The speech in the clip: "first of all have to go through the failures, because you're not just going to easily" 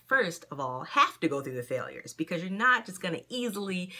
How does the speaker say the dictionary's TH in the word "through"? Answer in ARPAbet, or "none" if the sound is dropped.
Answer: TH